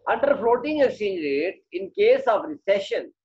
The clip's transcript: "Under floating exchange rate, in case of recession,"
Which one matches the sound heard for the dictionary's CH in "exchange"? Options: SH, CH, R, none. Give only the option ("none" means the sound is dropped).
none